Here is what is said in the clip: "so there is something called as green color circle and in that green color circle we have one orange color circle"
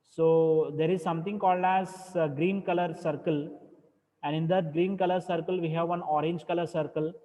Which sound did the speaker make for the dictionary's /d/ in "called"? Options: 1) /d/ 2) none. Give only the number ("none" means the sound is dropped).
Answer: 1